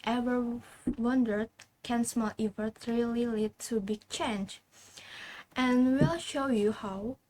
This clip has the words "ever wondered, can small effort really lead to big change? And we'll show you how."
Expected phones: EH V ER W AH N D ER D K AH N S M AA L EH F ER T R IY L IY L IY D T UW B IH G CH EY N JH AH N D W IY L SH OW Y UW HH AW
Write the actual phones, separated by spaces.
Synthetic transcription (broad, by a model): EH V ER W AH N D ER D K AH N S M AA L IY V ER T R IY L IY L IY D T UW B IH G CH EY N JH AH N W IY L SH OW Y UW HH AW